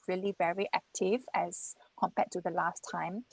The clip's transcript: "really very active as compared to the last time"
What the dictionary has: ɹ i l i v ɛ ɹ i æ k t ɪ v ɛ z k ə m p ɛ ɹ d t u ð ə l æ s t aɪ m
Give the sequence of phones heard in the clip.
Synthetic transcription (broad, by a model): ɹ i l i v ɛ ɹ i æ k t ɪ v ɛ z k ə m p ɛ t u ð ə l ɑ s t aɪ m